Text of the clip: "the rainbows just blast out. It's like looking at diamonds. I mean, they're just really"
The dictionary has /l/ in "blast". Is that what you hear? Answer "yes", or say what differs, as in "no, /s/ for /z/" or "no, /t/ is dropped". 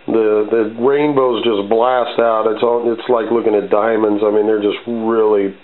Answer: yes